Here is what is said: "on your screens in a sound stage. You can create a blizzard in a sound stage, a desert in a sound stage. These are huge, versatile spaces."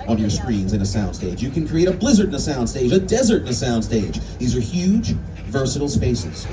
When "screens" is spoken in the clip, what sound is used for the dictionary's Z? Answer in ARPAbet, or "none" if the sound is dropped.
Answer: Z